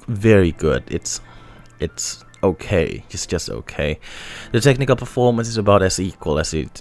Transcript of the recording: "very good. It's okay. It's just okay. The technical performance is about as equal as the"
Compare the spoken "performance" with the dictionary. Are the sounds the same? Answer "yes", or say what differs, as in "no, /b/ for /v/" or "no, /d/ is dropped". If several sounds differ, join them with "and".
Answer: yes